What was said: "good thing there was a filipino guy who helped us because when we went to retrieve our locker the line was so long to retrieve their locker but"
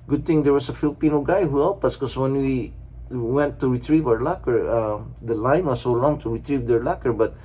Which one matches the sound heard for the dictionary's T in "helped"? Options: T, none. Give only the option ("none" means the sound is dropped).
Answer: none